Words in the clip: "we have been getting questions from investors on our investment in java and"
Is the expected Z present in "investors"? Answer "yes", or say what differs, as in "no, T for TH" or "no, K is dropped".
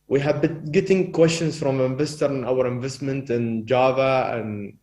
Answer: no, Z is dropped